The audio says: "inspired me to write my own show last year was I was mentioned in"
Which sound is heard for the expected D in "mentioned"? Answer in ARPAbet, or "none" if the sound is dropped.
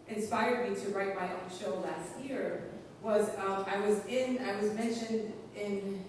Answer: D